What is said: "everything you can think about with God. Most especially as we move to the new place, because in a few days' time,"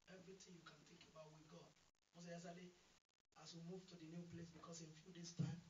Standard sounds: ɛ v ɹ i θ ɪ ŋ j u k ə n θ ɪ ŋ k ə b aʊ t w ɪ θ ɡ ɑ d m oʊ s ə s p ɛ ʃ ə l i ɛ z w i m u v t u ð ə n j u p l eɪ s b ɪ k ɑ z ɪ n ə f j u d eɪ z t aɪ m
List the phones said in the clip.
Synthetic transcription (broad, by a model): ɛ v ɹ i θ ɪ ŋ j u k ə n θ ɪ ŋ k ə b aʊ t w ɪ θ ɡ ɑ d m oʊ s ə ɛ s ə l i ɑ s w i m u v t u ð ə n j u p l eɪ s b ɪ k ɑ s ɪ n f j u d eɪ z t aɪ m